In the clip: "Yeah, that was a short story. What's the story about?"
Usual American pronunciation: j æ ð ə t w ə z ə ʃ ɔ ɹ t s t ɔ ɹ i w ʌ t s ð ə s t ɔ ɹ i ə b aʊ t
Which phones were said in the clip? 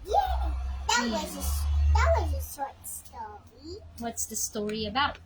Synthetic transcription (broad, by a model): j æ ð ə t w ə z ə s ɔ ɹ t s t ɔ ɹ i w ʌ t s ð ə s t ɔ ɹ i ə b aʊ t